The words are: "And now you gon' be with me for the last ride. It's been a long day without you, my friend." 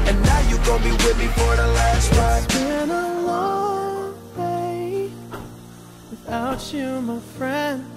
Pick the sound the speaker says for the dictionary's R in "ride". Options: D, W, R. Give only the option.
W